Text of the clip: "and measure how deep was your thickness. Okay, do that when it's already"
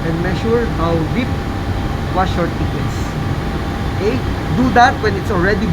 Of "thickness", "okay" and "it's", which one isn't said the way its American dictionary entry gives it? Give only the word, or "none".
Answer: thickness